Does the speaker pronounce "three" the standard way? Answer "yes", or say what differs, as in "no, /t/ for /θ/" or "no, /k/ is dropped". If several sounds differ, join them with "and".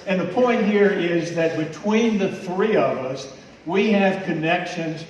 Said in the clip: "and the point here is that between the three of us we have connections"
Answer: yes